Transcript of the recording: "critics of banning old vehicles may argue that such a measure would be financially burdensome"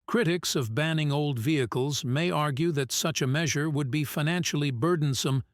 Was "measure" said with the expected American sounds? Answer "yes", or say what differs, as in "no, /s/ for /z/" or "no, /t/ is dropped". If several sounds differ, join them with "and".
yes